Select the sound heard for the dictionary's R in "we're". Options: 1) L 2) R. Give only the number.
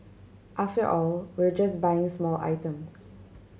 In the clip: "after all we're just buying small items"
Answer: 2